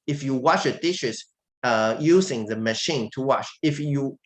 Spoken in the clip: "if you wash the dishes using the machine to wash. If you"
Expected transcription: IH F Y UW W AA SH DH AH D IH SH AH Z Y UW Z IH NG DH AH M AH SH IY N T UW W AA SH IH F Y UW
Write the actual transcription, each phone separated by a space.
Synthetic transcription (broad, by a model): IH F Y UW W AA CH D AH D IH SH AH S Y UW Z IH NG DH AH M AH SH IY N T UW W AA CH IH F Y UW